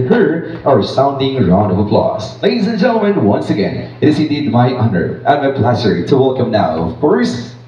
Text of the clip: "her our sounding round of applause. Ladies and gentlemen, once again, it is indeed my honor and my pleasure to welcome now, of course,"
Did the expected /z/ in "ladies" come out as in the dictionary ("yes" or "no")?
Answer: yes